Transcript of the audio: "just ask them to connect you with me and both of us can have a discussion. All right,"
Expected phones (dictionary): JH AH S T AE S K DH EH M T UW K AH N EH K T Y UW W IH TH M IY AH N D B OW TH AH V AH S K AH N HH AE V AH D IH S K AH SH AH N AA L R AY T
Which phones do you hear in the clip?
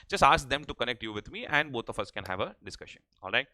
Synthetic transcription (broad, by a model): JH AH S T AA S K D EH M T UW K AH N EH K T Y UW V IH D M IY AH N D B OW T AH F AH S K AH N HH AE V AH D IH S K AH SH AH N AA L R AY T